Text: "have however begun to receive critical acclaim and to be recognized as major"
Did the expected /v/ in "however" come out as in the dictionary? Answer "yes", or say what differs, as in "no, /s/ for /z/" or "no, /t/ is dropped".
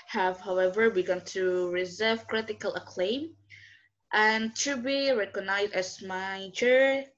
yes